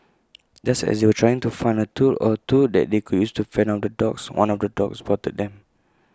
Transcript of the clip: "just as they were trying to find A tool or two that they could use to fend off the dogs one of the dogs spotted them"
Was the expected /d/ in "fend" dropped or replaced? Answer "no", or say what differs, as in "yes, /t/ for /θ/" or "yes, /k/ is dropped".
yes, /d/ is dropped